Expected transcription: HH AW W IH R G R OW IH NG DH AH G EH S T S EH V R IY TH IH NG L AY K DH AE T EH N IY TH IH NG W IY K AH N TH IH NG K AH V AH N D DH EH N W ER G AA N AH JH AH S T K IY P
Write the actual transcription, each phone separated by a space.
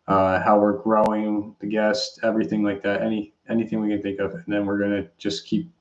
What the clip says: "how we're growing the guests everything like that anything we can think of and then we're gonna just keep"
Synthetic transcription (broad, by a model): HH AW W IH R G R OW IH NG DH AH G EH S T EH V R IY TH IH NG L AY K DH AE T EH N IY TH IH NG W IY K AH N TH IH NG K AH V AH N DH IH N W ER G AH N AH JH AH S K IY P